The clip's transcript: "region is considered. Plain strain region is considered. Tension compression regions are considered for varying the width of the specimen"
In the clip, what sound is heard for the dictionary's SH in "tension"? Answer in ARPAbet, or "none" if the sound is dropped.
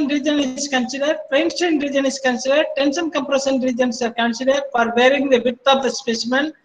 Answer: S